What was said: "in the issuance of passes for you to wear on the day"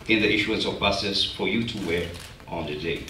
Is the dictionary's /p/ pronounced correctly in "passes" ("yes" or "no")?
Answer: no